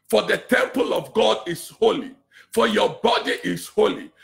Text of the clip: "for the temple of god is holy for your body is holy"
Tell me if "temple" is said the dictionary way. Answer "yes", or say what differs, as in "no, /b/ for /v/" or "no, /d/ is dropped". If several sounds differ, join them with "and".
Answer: yes